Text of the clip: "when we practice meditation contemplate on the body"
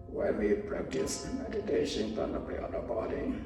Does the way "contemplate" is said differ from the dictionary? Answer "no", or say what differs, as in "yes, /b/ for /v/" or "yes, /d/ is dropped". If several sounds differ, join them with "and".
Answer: yes, /m/ is dropped